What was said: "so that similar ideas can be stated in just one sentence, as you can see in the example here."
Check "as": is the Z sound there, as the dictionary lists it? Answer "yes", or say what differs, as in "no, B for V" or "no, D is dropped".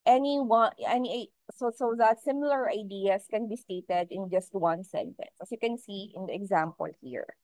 no, S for Z